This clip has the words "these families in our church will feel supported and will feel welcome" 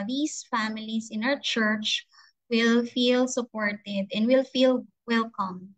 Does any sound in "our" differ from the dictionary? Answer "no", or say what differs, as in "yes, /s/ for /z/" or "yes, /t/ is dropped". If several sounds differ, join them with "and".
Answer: yes, /w/ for /ɹ/